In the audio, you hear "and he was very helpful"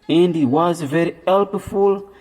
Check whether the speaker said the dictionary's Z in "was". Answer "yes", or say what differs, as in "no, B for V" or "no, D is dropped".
yes